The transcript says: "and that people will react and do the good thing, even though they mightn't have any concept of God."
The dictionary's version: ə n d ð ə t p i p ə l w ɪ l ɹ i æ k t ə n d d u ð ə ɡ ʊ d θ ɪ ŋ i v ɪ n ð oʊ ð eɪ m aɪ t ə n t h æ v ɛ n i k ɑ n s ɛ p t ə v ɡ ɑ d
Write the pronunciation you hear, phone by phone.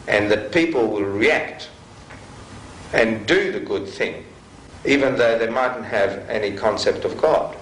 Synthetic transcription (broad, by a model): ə n ð ə t p i p l w ɪ l ɹ i æ k t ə n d d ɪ ð ə ɡ ʊ d θ ɪ ŋ i v ɪ n ð oʊ ð eɪ m aɪ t n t h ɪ v ɛ n i k ɑ n s ɛ p t ə v ɡ ɑ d